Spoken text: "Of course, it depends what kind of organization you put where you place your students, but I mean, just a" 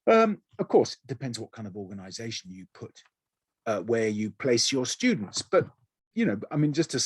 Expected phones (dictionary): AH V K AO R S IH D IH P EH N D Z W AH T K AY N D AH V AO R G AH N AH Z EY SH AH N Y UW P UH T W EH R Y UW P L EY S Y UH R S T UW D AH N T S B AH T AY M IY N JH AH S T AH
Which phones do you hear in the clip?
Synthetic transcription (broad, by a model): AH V K AO R S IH D IH P EH N D Z W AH T K AY N D AH V AO R G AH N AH Z EY SH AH N Y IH P UH T W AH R Y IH P L EY S Y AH R S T UW D N T S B AH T AY M IY N JH AH S T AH